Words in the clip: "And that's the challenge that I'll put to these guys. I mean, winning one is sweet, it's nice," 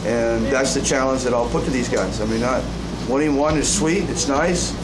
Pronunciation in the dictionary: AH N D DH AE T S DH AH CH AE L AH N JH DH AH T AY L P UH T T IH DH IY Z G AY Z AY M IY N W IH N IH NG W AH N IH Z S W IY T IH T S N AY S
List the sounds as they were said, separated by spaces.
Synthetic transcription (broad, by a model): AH N DH AE T S DH AH CH AE L AH N JH DH AH T AY L P UH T T IH DH IY Z G AY Z AY M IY N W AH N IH W AH N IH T S W IY T IH T S N AY S